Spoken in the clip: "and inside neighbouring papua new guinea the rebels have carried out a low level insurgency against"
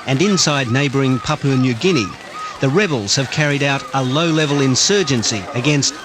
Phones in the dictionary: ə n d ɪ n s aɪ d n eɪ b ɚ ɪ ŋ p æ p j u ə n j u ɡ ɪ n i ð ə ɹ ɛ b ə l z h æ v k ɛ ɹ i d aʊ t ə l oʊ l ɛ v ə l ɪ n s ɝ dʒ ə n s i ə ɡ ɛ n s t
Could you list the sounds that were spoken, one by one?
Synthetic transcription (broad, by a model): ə n ɪ n s aɪ d n eɪ b ɚ ɪ ŋ p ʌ p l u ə n j u ɡ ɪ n i ð ə ɹ ɛ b l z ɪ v k ɛ ɹ i d aʊ t ə l oʊ l ɛ v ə l ɪ n s ɝ dʒ ə n s i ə ɡ ɛ n s t